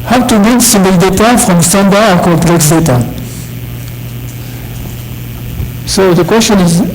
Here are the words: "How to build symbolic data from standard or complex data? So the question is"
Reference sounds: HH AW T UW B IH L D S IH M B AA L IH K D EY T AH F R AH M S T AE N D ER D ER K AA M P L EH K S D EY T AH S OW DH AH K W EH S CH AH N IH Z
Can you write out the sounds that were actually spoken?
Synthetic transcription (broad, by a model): HH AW T UW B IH D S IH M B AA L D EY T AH F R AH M S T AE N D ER ER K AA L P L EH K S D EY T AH S OW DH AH K W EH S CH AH N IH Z